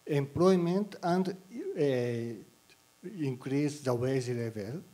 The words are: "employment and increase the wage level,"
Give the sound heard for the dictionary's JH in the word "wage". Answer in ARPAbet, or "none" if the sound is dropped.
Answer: Z